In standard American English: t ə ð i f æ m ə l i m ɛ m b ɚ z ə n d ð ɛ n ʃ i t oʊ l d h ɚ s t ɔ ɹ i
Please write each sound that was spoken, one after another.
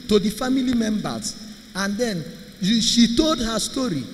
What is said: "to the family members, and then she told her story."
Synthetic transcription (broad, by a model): t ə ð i f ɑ m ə l i m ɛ m b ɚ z ə n d ɛ n ʃ i t oʊ l d h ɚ s t ɔ ɹ i